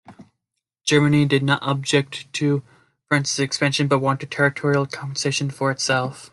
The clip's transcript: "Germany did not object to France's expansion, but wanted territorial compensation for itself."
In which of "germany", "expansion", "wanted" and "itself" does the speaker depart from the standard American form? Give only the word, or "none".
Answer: none